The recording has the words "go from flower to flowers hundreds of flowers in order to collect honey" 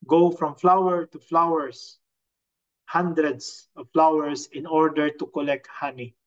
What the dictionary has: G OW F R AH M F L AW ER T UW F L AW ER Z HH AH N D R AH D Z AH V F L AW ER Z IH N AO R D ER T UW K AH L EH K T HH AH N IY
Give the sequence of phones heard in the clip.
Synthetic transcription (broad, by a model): G OW F R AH M F L AW ER T UW F L AW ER S HH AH N D R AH D S AH V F L AW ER S IH N AO R D ER T UW K AH L EH K T HH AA N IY